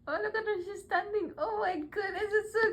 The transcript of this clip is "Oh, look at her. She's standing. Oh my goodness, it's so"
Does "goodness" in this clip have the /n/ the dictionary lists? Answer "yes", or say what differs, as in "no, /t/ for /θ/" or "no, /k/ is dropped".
no, /n/ is dropped